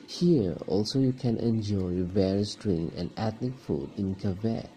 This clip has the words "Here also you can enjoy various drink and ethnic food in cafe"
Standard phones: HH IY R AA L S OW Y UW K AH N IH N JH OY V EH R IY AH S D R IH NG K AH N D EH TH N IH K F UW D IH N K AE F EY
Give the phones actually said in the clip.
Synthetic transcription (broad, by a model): HH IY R AA L S OW Y UW K AH N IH N JH OY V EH R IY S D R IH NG AH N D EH T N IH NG F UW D IH N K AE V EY